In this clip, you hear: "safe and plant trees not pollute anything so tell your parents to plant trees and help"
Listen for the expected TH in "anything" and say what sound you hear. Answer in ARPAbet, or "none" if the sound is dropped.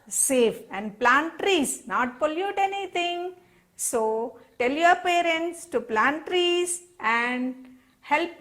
T